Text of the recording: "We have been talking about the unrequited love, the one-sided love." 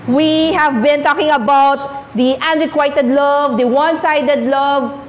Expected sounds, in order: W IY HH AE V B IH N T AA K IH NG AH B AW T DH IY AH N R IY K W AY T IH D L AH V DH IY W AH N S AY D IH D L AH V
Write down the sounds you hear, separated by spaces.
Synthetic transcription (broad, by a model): W IY HH AE V B IH N T AA K IH NG AH B AW T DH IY AH N R IY K W AY T IH D L AH V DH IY W AH N S AY D IH D L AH V